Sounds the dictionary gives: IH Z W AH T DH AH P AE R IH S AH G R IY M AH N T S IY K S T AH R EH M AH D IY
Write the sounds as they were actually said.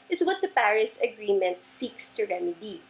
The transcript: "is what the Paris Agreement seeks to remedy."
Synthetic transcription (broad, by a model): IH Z W AH T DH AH P AE R IH S AH G R IY M AH N T S IY K S T AH R EH M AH D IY